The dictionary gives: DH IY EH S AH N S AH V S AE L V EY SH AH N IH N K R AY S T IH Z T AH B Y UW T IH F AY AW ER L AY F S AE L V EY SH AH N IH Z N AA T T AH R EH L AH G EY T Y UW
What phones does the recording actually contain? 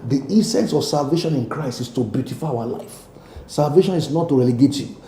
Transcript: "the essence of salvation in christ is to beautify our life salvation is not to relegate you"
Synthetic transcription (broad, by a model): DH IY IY S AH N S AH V S AE L V EY SH AH N IH N K R AY S T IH S T AH B Y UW T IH F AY AW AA L AY F S AE L V EY SH AH N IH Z N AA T T AH R EH L AH G EY T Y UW